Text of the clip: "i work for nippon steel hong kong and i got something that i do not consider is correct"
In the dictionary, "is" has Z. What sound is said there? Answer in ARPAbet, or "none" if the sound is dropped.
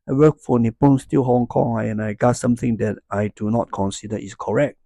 S